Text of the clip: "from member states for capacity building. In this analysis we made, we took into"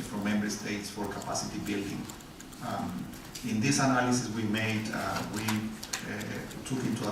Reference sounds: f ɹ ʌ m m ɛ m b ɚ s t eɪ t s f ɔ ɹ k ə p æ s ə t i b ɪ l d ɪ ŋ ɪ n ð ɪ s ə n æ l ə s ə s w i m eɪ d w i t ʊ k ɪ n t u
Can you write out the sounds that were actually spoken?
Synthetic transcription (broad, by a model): f ɹ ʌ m m ɛ m b ɚ s t eɪ t s f ɔ ɹ k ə p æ s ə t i b ɪ l d ɪ ŋ ɪ n ð ɪ s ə n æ l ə s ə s w i m eɪ d w i t ʊ k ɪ n t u